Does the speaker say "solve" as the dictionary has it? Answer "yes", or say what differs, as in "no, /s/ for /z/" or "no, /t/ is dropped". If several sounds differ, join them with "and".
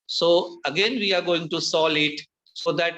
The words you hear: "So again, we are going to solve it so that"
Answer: no, /v/ is dropped